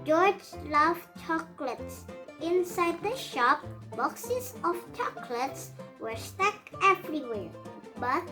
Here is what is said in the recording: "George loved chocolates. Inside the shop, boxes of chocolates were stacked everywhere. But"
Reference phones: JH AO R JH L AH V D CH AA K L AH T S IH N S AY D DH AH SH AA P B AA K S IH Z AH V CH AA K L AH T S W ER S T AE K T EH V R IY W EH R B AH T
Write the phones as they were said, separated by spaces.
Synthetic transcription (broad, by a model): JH AO R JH L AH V CH AA K L AH T S IH N S AY D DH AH SH AA P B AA K S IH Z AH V CH AA K L AH T S W ER S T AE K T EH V R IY W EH R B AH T